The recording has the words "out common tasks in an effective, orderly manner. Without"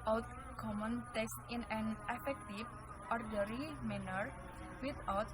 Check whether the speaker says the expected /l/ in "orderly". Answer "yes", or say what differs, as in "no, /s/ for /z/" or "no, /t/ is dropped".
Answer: no, /l/ is dropped